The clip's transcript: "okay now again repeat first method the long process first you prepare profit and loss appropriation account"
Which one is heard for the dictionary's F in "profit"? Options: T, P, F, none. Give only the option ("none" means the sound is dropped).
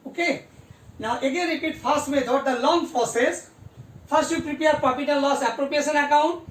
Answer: P